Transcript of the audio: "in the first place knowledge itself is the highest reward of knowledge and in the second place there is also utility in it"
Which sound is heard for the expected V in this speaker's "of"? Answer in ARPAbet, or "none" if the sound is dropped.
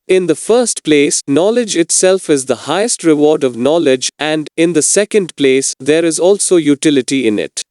V